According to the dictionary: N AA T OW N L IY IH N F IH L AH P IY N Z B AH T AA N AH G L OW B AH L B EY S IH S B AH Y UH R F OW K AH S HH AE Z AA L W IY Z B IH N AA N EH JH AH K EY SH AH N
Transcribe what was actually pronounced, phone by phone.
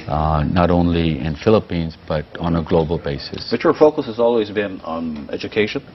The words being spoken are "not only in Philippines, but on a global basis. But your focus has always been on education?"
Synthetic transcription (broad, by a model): N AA T OW N L IY IH N F IH L AH P IY N Z B AH T N AH G L OW B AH L B EY S IH S B AH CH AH R F OW K AH S HH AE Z AA L W IY Z B IH N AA N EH JH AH K EY SH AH N